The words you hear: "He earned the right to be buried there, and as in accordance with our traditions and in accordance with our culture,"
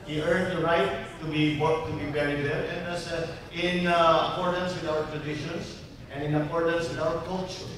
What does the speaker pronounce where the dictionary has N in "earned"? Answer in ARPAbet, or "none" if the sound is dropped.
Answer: N